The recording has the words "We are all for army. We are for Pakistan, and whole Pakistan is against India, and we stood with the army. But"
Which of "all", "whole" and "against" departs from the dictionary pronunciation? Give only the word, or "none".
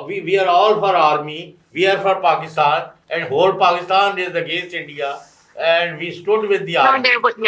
against